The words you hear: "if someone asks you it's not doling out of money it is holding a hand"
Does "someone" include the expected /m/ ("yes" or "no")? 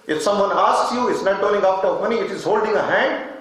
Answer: yes